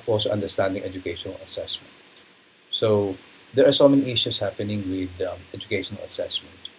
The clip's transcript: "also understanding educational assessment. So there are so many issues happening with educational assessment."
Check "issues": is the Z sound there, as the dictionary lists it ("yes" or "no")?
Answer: no